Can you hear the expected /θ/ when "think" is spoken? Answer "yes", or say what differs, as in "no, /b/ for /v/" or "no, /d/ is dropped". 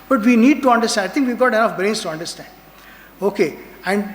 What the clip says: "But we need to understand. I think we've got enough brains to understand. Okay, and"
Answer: no, /t/ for /θ/